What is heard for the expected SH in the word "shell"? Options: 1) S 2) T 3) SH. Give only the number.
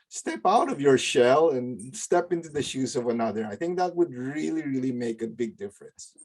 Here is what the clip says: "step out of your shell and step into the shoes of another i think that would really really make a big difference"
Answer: 3